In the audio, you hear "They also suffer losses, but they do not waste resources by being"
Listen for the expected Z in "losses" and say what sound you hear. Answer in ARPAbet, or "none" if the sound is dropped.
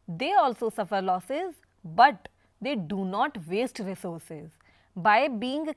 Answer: Z